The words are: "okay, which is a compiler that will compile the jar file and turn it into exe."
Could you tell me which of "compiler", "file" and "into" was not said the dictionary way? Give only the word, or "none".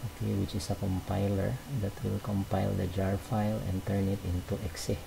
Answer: none